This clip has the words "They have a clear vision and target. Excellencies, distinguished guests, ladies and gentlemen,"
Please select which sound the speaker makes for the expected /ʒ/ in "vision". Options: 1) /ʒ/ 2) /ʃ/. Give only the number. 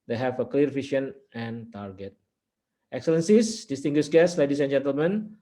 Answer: 2